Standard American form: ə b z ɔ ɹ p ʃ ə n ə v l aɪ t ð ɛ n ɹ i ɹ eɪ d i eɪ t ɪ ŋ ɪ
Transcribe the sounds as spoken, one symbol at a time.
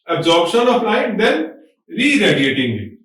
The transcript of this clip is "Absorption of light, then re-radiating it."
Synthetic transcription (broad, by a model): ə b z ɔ ɹ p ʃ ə n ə p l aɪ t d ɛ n ɹ i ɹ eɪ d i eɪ t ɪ ŋ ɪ